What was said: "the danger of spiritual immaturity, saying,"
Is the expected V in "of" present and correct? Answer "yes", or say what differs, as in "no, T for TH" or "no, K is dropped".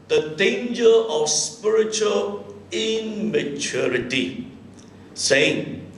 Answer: no, F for V